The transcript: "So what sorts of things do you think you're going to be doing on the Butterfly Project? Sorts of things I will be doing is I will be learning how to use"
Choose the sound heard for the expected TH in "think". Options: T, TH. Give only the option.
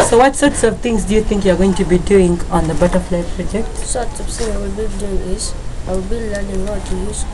T